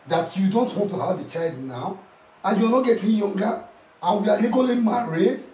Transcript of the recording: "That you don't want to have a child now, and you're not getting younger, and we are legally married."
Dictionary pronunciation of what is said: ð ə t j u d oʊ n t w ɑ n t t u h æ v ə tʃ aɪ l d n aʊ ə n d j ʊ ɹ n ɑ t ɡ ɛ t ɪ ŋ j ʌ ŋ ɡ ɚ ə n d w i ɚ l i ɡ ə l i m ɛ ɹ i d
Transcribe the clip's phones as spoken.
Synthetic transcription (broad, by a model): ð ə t j u d oʊ n t w ɑ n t t u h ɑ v ə tʃ aɪ l d n aʊ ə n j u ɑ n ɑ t ɡ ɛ t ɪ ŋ j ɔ ŋ ɡ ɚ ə n w i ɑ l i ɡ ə l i m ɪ ɹ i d